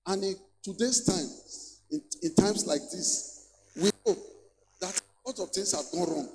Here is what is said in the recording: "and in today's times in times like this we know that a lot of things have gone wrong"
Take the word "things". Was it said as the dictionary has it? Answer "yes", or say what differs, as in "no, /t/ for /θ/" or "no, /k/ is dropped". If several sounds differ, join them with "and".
no, /t/ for /θ/ and /s/ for /z/